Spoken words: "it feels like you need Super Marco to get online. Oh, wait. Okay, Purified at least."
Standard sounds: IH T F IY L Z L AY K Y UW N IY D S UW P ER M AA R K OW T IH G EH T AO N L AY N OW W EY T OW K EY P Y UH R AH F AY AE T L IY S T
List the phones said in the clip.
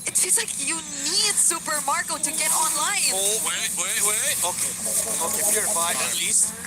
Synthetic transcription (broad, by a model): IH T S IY Z L AY K Y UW N IY D S UW P ER M AA R K OW T IH G EH T AO N L AY N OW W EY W OW K EY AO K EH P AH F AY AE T L IY S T